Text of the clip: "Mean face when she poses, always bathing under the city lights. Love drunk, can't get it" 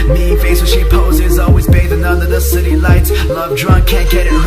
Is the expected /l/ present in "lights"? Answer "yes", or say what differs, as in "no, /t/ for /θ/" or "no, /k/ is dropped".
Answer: yes